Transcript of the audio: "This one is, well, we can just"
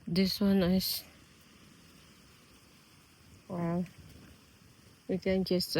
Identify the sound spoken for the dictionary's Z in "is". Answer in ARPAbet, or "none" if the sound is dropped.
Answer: S